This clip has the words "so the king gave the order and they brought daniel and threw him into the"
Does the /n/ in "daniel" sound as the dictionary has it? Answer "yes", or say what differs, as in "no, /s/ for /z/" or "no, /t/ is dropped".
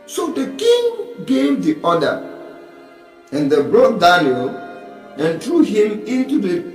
no, /l/ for /n/